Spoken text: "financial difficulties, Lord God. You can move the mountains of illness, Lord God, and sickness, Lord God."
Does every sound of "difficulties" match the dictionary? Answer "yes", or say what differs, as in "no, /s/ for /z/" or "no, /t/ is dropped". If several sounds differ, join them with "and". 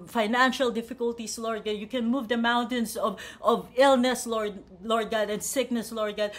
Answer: no, /s/ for /z/